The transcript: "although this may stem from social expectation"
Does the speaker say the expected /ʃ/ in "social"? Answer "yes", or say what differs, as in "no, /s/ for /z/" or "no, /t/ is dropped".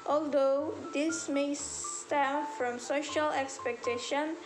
yes